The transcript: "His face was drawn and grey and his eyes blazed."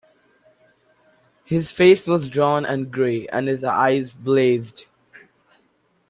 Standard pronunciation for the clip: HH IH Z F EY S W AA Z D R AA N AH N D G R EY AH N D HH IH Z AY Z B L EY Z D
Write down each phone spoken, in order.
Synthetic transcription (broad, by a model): HH IH Z F EY S W AA Z D R AA N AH N G R EY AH N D HH IH Z AY Z B L EY Z D